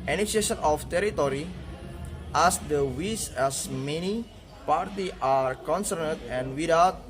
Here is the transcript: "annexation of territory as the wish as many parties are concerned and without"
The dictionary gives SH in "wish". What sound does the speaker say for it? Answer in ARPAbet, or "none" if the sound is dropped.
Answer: S